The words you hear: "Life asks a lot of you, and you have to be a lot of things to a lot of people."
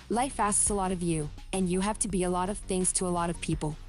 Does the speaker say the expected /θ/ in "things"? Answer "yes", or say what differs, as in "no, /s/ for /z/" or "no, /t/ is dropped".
yes